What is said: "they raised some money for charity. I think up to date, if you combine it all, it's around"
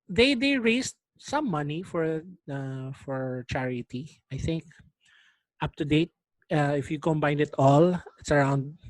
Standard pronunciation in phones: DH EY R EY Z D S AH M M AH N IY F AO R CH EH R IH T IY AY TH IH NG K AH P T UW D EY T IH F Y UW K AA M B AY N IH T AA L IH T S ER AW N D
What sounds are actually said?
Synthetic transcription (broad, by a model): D EY R EY S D S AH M M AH N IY F AO R CH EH R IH T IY AY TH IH NG K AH P T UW D EY T IH F Y UW K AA M B AY N IH T AA L IH T S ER AW N D